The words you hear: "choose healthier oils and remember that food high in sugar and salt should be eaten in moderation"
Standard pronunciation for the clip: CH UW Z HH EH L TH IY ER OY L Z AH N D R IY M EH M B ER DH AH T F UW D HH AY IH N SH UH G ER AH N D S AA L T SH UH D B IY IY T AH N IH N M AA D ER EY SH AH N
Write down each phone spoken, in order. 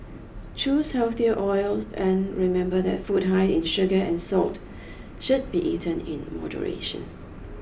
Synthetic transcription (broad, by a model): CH UW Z HH EH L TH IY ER OY L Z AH N R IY M EH M B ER DH AH T F UW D HH AY IH N SH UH G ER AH N S AA L T SH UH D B IY IY T AH N IH N M AA D ER EY SH AH N